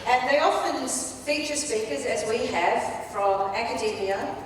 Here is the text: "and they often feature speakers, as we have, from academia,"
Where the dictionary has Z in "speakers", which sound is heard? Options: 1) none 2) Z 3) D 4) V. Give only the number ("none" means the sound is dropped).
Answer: 2